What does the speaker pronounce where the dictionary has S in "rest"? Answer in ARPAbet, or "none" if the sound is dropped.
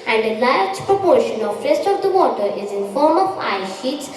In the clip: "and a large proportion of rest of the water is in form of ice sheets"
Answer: S